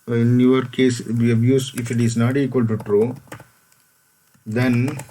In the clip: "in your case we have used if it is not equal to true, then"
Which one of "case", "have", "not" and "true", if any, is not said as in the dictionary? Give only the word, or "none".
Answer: have